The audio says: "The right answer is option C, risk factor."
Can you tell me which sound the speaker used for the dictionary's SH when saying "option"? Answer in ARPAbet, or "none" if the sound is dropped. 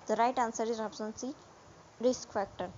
S